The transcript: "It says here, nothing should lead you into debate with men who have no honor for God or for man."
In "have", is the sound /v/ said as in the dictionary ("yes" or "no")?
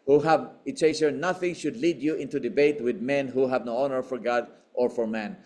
yes